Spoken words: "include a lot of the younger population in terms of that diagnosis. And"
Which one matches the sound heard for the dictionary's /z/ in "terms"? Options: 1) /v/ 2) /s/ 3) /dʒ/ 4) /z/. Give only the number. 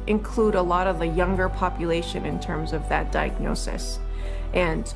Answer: 4